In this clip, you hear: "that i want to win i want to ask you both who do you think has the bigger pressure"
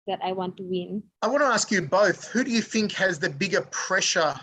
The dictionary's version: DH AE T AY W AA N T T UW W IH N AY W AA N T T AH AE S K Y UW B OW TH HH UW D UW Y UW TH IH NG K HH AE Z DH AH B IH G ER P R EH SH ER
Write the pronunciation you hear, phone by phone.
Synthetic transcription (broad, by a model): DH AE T AY W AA N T T UW W IH N AY W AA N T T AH AE S K Y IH B OW TH HH UW D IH Y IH TH IH NG K HH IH Z DH AH B IH G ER P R EH SH ER